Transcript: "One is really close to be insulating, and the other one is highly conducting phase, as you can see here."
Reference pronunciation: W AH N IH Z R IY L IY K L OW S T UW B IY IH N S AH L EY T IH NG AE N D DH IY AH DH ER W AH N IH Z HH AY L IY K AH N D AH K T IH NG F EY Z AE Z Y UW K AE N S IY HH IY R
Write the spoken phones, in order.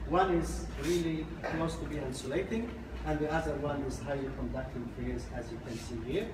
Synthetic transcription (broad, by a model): W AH N IH Z R IY L IY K L OW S T UW B IY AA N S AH L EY T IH NG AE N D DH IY AH DH ER W AH N IH Z HH AY L IY K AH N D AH K T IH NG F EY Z AE Z Y UW K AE N S IY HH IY R